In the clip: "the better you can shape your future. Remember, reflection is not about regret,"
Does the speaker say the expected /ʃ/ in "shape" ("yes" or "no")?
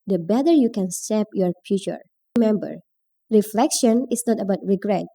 no